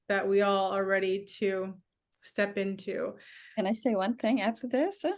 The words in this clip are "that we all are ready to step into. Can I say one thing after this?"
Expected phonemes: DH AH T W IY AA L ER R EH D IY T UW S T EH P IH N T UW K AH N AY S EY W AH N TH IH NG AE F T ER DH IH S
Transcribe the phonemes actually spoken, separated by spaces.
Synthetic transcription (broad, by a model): DH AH T W IY AA L ER R EH D IY T UW S T EH P IH N T UW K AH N AY S EY W AH N TH IH NG AE F T ER DH IH S